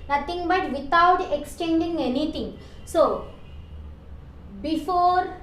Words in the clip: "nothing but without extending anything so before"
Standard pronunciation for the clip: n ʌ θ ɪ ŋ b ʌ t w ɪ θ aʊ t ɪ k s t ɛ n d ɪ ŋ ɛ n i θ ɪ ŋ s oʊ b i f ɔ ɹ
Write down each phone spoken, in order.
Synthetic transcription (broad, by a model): n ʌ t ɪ ŋ b ʌ t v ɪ t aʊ t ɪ k s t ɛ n d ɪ ŋ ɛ n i t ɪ ŋ s oʊ b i f ɔ ɹ